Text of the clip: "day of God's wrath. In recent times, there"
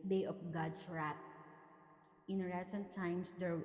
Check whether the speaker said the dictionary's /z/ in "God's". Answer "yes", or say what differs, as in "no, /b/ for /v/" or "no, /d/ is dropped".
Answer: no, /s/ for /z/